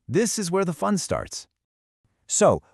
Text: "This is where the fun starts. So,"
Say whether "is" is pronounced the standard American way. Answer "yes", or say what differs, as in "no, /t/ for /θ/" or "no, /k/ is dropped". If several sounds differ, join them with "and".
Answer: yes